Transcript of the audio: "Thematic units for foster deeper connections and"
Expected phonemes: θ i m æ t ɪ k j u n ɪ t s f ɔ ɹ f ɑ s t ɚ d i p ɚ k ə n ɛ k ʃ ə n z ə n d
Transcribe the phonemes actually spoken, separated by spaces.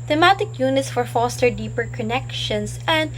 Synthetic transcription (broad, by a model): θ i m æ t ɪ k j u n ɪ t s f ɔ ɹ f ɑ s t ɚ d i p ɚ k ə n ɛ k ʃ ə n s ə n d